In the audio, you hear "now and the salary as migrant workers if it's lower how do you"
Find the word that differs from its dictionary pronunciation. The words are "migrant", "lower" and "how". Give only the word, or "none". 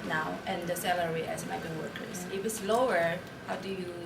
migrant